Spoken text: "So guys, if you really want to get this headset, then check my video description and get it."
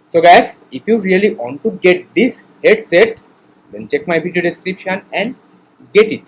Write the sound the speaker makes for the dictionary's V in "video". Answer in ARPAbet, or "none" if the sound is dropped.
P